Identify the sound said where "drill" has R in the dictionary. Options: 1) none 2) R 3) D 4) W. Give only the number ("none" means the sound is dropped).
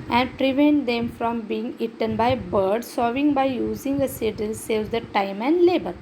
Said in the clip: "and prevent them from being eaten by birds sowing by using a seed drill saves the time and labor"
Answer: 1